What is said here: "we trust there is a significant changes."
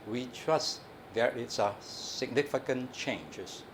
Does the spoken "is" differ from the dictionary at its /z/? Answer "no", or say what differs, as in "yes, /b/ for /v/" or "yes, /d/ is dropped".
yes, /s/ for /z/